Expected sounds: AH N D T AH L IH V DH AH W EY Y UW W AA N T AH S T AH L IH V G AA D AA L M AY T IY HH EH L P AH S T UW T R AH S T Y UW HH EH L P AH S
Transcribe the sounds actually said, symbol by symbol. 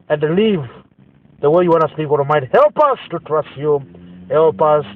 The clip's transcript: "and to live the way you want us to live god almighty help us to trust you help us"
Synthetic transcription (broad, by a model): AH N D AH L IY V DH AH W EY Y UW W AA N AH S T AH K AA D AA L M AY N HH EH L P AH S T UW T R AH S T Y UW HH EH L P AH S